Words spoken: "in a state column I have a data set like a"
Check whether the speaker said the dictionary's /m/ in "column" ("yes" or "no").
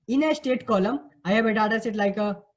yes